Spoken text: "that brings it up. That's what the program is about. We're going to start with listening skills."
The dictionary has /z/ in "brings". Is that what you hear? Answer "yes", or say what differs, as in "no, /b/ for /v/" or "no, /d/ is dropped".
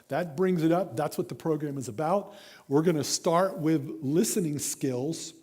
yes